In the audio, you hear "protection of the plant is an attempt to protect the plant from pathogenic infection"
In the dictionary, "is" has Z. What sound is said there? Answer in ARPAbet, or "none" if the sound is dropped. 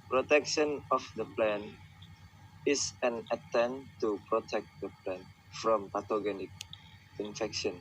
S